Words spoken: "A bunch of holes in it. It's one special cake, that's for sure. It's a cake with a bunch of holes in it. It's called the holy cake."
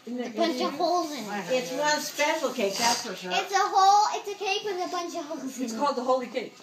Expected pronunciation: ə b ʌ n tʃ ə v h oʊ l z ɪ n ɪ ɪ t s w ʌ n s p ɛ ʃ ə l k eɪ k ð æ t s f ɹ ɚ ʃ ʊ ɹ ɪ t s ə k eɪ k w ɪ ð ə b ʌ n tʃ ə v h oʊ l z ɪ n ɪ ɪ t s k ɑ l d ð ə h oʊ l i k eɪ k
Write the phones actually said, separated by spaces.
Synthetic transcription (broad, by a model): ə b ʌ n tʃ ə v h oʊ l z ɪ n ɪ ɪ t s w ʌ n s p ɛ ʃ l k eɪ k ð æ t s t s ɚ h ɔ l ɪ t s ə k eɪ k w ɪ ð ə b ʌ n tʃ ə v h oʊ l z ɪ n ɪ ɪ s k ɑ l d ð ə h oʊ l i k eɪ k